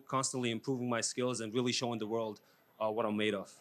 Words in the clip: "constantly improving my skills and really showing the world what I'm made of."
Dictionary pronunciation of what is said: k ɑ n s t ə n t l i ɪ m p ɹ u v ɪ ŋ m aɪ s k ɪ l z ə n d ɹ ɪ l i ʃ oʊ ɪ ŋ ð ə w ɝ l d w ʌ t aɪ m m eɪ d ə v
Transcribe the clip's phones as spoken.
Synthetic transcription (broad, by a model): k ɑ n s t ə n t l i ɪ m p ɹ u v ɪ ŋ m aɪ s k ɪ l z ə n ɹ ɪ l i ʃ oʊ ɪ ŋ ð ə w ɝ l d w ʌ t aɪ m m eɪ d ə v